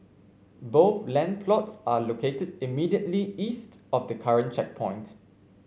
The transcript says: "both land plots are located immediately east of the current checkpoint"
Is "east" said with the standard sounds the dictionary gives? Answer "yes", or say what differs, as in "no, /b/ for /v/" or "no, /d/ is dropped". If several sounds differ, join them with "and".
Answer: yes